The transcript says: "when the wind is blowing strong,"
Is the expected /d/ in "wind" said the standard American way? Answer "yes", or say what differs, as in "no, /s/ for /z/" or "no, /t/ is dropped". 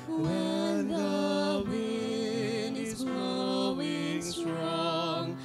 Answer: no, /d/ is dropped